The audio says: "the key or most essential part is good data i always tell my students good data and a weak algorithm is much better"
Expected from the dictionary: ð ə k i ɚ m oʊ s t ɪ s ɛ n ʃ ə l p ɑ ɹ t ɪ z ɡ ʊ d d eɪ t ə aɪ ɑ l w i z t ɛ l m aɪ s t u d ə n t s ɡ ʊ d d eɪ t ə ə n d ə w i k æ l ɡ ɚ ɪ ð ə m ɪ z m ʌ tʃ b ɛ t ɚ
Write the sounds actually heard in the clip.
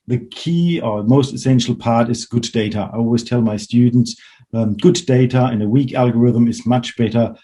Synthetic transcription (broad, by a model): ð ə k i ɚ m oʊ s t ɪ s ɛ n ʃ l p ɑ ɹ t ɪ z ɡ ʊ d d eɪ t ə aɪ ɑ l w i z t ɛ l m aɪ s t u d n t s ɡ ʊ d d eɪ t ə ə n ə w i k æ l ɡ ɚ ɪ ð ə m ɪ z m ʌ tʃ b ɛ t ɚ